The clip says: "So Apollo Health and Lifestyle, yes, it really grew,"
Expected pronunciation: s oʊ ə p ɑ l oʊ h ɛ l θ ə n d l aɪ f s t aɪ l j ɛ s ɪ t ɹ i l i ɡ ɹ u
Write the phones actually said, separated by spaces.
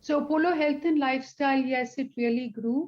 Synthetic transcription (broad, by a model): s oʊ p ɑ l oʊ h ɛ l t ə n l aɪ f s t aɪ l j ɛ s ɪ t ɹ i l i ɡ ɹ u